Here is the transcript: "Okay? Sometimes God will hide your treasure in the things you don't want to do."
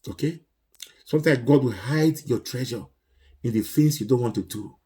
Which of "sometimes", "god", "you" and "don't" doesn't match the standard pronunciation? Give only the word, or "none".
sometimes